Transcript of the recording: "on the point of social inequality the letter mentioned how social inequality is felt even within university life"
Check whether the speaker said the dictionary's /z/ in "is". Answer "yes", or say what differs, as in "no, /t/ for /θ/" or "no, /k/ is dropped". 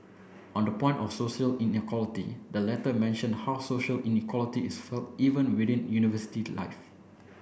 no, /s/ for /z/